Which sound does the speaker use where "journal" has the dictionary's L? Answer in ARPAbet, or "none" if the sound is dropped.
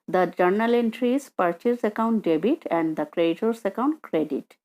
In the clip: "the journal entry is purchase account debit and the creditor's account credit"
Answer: L